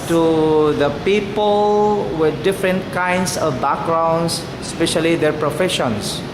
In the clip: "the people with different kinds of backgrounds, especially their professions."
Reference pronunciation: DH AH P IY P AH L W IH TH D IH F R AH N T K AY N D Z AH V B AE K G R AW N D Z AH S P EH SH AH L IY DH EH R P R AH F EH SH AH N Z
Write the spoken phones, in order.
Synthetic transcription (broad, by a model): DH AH P IY P AH L W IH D D IH F R AH N T K AY N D S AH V B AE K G R AW N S S P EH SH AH L IY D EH R P R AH F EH SH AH N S